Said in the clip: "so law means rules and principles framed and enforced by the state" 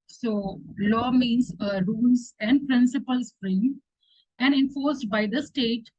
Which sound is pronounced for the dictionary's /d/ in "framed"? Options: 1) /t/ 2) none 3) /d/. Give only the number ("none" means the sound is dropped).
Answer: 2